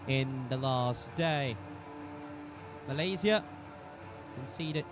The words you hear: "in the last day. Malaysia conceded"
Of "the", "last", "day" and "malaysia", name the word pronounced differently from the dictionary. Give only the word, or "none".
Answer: malaysia